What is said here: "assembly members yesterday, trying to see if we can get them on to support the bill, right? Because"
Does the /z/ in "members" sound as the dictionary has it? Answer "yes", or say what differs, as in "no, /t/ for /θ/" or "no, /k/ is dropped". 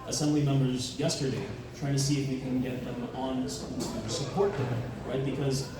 yes